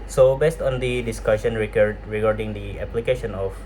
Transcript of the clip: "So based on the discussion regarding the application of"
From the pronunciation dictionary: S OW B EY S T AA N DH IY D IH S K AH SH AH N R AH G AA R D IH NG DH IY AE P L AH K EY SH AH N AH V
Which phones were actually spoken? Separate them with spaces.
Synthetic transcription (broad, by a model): S OW B EY S T AA N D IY D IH S K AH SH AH N R AH G AA R D IH NG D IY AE P L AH K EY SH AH N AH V